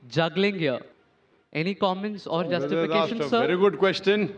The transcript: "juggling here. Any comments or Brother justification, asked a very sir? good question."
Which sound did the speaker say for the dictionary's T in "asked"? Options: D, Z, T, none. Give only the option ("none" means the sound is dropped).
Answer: none